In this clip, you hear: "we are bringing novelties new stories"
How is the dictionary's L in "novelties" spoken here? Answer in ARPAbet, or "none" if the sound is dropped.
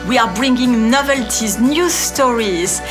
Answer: L